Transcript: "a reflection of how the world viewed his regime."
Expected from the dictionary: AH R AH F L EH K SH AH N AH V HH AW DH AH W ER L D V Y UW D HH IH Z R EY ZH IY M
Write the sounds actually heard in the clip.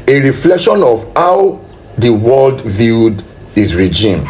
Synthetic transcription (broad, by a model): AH R AH F L EH K SH AH N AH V HH AW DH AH W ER L D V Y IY D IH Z R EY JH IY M